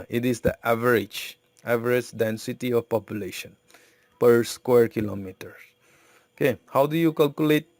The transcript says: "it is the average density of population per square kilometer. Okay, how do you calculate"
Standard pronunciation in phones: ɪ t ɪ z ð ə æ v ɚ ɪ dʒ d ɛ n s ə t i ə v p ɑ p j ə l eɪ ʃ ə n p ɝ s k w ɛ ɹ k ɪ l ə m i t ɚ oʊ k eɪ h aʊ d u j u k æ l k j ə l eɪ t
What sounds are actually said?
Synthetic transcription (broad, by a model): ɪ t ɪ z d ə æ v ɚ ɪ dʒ d ɛ n s ə t i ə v p ɑ p j ə l eɪ ʃ ə n p ɝ s k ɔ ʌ ɹ k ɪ l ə m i t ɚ oʊ k eɪ h aʊ d u j u k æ l k j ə l eɪ t